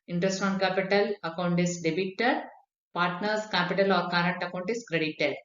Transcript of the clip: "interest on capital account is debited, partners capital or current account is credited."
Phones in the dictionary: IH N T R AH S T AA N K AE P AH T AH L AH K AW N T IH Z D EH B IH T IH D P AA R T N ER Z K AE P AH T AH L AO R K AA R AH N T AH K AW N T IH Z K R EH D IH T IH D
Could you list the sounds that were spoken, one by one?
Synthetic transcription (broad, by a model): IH N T R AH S T AA N K AE P AH T AH L AH K AW N T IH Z D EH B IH T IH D P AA R T N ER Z K AE P AH T AH L AO R K AA R AH N T AH K AW N T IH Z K R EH D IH T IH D